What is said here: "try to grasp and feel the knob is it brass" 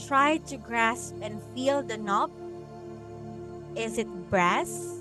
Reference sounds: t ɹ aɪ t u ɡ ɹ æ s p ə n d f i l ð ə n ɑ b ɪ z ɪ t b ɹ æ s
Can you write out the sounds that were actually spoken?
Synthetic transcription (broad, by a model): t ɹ aɪ t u ɡ ɹ æ s p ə n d f i l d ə n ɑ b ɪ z ɪ t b ɹ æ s